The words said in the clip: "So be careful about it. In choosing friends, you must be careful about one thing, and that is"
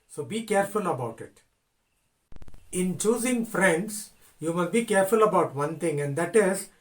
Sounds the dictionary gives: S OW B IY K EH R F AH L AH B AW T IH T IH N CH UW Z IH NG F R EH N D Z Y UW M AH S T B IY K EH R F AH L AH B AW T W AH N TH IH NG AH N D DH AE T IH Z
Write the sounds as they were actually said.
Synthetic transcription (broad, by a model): S OW B IY K EH R F AH L AH B AW T IH T IH N CH UW Z IH NG F R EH N D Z Y UW M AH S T B IY K EH R F AH L AH B AW T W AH N T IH NG AH N D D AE T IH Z